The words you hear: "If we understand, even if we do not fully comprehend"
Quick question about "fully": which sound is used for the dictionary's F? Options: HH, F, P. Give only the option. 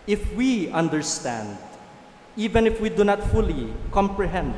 F